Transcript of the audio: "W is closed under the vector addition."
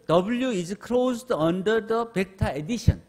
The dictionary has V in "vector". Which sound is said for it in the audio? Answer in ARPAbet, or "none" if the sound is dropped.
P